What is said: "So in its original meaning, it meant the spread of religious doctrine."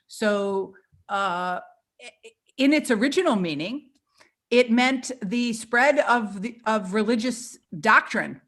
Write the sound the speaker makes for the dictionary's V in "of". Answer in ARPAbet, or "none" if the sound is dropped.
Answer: V